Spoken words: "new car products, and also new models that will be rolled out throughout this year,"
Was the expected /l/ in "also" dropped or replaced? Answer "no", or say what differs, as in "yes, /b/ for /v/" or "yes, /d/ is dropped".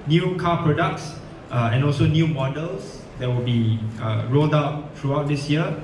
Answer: no